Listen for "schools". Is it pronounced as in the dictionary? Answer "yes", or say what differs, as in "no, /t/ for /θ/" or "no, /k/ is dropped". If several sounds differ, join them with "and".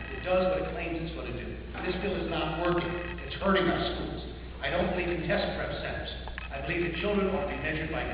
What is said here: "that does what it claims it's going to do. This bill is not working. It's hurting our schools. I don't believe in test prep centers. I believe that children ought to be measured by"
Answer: yes